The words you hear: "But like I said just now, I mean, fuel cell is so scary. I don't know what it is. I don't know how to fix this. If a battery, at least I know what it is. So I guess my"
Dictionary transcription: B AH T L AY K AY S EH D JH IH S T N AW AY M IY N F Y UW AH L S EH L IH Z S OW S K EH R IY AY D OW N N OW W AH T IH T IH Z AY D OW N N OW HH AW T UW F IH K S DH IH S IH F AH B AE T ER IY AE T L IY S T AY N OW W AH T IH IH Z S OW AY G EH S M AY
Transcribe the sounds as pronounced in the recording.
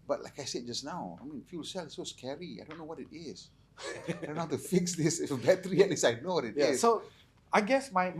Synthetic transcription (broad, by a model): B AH T L AY K AY S EH D JH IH S N AW AY M IY N F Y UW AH L S EH L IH S OW S K EH R IY AY D OW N N OW W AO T IH T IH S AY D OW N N HH AW T UW F IH K S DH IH S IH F AH B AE T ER IY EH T L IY S AY N OW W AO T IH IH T S OW AY G EH S M AY